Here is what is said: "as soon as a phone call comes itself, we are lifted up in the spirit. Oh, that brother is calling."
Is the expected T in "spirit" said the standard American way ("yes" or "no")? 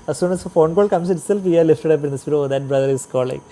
no